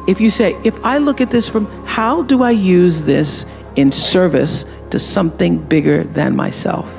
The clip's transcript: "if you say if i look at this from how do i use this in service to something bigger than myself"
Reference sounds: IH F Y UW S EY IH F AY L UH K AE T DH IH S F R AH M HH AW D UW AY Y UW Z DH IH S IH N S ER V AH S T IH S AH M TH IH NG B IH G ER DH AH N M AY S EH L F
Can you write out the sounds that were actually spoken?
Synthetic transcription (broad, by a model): IH F Y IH S EY IH F AY L UH K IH T DH IH S F R AH M HH AW D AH AY Y UW Z DH IH S IH N S ER V AH S T IH S AH M TH IH NG B IH G ER DH AH N M AY S EH L F